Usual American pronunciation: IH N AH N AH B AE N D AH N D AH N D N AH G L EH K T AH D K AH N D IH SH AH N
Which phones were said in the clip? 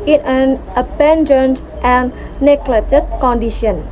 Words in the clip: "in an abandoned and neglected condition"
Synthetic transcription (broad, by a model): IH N AH N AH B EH N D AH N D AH N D N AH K L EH T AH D K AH N D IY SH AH N